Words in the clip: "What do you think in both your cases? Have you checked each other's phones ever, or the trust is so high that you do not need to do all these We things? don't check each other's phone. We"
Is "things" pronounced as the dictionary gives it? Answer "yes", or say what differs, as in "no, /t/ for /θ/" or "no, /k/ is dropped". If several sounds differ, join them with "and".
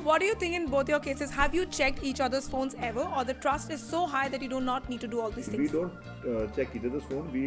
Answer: no, /z/ is dropped